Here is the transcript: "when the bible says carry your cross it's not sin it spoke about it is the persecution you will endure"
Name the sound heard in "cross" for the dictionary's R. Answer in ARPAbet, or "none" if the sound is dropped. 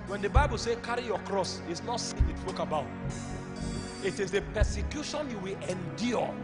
R